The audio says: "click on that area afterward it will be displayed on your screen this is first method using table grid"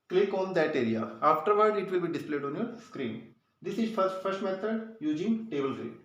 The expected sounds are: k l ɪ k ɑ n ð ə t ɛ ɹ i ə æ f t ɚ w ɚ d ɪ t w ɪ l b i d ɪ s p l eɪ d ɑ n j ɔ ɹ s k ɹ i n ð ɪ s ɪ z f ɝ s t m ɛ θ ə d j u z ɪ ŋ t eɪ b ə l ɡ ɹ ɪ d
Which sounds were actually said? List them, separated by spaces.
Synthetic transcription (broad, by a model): k l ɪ k ɑ n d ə t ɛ ɹ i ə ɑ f t ɚ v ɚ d ɪ t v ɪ l b i d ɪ s p l eɪ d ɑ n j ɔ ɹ s k ɹ i n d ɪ s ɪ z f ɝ s t m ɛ t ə d j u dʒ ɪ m t eɪ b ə l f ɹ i